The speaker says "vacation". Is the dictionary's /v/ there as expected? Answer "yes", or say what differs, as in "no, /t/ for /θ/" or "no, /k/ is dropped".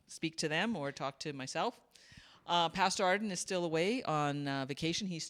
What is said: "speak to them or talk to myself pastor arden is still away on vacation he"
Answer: yes